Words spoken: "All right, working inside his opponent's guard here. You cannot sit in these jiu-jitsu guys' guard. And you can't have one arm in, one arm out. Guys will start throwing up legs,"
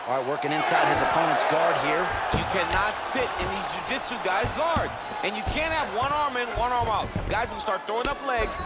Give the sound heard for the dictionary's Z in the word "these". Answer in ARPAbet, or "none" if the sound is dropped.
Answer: Z